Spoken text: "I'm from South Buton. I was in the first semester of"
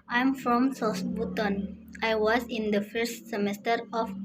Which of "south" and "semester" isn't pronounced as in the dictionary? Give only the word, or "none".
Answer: south